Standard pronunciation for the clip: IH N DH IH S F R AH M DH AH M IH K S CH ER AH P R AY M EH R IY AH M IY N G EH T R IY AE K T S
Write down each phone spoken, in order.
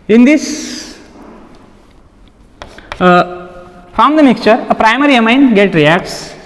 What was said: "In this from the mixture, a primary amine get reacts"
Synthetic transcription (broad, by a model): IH N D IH S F R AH M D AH M IH K S CH ER AH P R AY M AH R IY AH M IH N G EH T R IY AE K T S